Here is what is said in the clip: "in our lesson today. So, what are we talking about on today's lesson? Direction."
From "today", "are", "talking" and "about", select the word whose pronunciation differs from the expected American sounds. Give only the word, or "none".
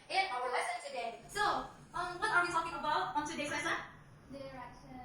today